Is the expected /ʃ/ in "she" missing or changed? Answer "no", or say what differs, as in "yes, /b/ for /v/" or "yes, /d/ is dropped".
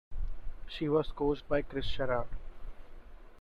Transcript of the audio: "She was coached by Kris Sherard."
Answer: no